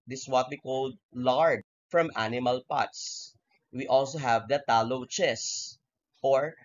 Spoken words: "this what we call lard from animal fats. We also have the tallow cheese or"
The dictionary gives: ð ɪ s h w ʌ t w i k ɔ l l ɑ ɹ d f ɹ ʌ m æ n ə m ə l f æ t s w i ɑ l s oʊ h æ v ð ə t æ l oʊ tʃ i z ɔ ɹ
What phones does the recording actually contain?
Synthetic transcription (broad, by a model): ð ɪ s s w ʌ t w i k ɔ l l ɑ ɹ d f ɹ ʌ m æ n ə m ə l p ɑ t s w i ɑ l s oʊ h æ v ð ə t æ l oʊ tʃ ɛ s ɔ ɹ